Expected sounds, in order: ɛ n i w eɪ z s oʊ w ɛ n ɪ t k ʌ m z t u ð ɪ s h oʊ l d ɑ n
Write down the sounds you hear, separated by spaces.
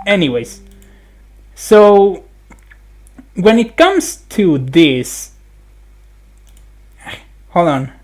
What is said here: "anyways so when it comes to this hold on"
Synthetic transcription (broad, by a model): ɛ n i w eɪ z s oʊ w ɛ n ɪ t k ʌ m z t u ð ɪ s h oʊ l ɑ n